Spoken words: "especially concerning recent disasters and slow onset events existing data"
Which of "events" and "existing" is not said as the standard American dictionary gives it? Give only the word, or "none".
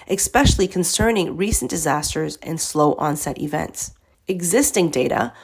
none